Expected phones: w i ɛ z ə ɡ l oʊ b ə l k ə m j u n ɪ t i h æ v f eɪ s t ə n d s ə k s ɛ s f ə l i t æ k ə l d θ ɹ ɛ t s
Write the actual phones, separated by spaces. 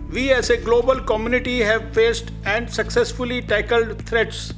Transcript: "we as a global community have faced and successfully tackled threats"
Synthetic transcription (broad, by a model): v i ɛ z ə ɡ l oʊ b ə l k ə m j u n ɪ t i h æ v f eɪ s t ə n d s ə k s ɛ s f ə l i t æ k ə l d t ɹ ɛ t s